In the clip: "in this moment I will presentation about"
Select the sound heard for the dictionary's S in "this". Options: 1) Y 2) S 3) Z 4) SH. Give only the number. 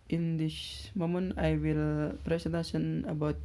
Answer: 4